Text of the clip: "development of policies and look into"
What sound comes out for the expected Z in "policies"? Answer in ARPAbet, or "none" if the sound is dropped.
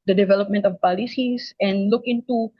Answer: S